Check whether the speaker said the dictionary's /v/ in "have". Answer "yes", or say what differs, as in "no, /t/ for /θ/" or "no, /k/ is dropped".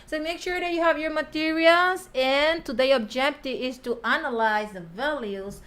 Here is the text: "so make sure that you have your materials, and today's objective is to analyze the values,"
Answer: yes